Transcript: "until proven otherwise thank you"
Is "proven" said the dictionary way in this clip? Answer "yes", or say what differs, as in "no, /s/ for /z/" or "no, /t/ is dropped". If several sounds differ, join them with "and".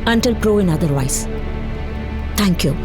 no, /v/ is dropped